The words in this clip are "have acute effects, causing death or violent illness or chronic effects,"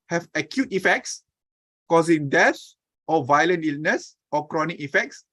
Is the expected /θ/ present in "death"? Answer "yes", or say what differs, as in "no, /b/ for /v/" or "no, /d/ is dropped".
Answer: no, /s/ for /θ/